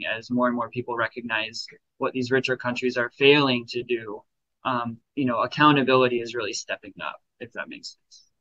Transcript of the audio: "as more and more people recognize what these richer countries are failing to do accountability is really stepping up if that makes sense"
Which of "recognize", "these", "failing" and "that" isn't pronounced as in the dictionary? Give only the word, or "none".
none